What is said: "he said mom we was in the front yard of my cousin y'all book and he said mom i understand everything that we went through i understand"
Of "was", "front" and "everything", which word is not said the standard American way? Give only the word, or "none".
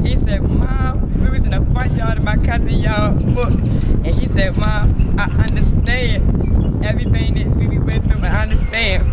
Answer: front